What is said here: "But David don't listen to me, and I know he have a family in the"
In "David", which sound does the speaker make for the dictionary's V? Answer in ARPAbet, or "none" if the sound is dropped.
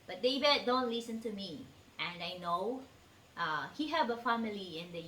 B